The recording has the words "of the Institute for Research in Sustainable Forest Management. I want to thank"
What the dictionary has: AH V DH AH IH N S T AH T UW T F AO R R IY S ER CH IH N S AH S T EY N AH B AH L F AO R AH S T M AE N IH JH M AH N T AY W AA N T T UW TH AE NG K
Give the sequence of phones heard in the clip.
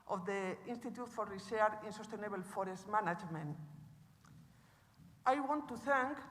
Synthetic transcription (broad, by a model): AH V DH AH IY N S T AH T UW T F AO R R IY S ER IH N S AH S T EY N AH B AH L F AO R AH S T M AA N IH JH M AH N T AY W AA N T T UW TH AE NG K